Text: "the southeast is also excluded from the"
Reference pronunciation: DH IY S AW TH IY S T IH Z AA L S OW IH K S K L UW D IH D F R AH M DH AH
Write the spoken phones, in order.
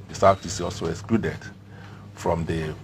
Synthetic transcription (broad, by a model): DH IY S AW T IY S IH AA L S OW IH K S K L UW D IH D F R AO M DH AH